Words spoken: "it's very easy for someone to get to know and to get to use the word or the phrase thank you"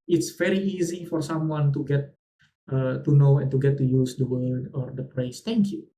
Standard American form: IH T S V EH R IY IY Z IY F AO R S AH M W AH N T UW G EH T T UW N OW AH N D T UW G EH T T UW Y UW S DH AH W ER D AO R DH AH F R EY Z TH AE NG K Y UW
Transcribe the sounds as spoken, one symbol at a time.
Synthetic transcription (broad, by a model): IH T S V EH R IY IY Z IY F AO R S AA M W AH N T UW G EH T T UW N OW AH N T UW G EH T T UW Y UW S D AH W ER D AO R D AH P R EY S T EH NG K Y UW